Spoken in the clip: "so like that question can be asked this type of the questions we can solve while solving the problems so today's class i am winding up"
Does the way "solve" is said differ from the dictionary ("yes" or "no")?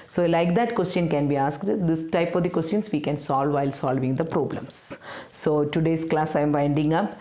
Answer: no